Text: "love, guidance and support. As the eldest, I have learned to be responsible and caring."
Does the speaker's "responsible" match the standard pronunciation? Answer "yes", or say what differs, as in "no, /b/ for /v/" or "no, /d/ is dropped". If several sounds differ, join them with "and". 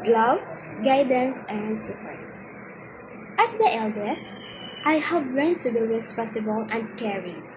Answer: no, /n/ is dropped